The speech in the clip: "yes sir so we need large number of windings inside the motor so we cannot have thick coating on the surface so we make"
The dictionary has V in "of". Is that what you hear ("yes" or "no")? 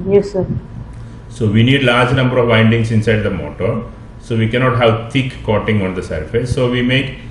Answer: yes